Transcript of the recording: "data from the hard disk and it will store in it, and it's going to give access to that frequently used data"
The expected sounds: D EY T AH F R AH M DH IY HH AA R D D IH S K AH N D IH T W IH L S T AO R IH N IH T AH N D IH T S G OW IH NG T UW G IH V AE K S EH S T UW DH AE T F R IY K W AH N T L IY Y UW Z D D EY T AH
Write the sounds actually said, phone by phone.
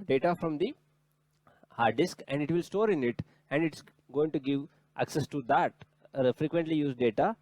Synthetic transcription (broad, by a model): D EY T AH F R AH M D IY HH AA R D D IH S K AH N D IH T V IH L S T AO R IH N IH T AH N D IH T S G OW IH NG T UW G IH V AE K S EH S T UW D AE T F R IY K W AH N T L IY Y UW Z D D EY T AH